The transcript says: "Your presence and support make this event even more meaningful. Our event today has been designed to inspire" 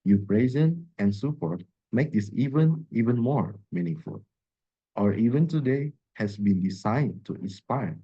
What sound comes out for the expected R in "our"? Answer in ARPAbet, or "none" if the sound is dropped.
R